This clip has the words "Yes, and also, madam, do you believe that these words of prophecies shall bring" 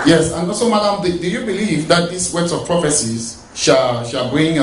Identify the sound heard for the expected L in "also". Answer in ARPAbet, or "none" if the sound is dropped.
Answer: none